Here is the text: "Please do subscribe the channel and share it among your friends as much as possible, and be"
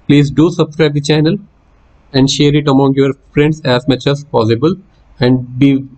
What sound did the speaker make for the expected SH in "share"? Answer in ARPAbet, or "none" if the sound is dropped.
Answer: SH